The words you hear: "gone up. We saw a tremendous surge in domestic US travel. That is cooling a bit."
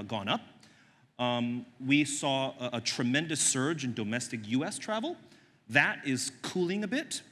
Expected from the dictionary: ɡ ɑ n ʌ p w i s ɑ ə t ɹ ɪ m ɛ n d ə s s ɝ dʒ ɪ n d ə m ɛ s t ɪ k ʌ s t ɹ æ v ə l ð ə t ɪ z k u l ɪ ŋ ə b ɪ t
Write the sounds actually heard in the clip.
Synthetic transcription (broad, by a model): ɡ ɑ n ʌ p w i s ɑ ə t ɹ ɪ m ɛ n d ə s s ɝ dʒ ɪ n d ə m ɛ s t ɪ k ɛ s t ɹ æ v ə l ð ə t ɪ z k u l ɪ ŋ ə b ɪ t